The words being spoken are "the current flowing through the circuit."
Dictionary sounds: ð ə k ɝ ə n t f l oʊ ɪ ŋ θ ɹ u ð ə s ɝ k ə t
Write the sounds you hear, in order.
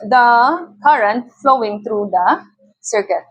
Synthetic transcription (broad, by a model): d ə k ɝ ə n t f l oʊ ɪ ŋ t ɹ u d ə s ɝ k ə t